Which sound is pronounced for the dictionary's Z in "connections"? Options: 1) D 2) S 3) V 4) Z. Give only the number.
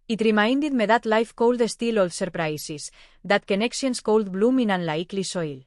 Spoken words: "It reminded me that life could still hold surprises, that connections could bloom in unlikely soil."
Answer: 2